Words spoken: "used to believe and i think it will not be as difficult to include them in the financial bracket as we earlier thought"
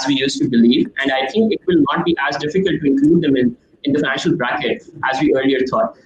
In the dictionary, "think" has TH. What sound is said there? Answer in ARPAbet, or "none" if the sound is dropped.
T